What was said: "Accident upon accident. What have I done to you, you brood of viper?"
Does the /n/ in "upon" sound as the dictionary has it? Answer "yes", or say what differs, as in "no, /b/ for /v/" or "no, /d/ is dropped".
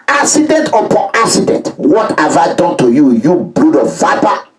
no, /n/ is dropped